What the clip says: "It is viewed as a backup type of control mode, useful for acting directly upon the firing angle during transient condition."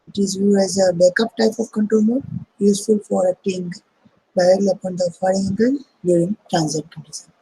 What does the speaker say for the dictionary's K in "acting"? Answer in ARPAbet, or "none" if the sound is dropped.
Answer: none